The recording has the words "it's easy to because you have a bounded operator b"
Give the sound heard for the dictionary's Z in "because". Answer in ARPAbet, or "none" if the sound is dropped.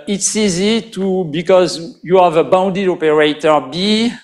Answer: Z